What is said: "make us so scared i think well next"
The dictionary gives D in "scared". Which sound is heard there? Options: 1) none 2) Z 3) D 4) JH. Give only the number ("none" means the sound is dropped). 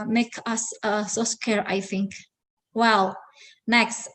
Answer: 1